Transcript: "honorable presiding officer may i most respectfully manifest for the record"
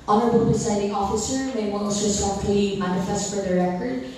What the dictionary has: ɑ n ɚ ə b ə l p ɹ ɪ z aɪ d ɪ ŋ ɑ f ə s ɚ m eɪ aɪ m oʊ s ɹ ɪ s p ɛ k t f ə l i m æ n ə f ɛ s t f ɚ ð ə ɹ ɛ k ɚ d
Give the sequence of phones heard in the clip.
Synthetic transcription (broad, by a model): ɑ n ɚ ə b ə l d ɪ s aɪ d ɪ ŋ ɑ f ə s ɚ m eɪ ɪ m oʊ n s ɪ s ɛ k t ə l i m æ n ə f ɛ s t f ɚ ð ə ɹ ɛ k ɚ d